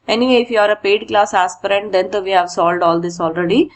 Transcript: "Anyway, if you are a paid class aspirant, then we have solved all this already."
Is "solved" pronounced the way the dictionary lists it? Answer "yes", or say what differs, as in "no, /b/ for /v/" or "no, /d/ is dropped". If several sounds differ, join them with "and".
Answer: no, /v/ is dropped